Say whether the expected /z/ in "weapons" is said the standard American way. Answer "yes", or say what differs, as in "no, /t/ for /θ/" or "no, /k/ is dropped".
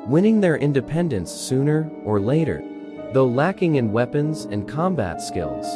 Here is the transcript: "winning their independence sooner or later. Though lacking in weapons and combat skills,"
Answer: yes